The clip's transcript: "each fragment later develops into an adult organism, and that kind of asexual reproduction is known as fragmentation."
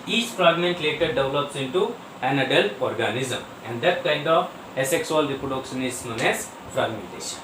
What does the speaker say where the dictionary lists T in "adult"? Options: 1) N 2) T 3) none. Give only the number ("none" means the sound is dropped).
3